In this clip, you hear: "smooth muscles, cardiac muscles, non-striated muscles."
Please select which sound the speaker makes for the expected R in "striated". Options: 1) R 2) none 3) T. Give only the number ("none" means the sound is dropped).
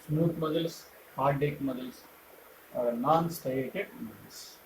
2